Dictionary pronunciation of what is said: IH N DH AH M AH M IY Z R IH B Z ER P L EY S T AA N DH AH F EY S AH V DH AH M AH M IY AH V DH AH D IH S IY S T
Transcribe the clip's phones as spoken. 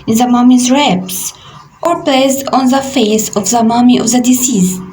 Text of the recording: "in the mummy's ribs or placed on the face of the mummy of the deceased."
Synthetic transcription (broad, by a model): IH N DH AH M AH M IY Z R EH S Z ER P L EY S AA N DH AH F EY S AH V DH AH M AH M IY AH V DH AH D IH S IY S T